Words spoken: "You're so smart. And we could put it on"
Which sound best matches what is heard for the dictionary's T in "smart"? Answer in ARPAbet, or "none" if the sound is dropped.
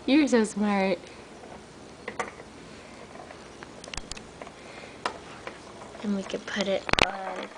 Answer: T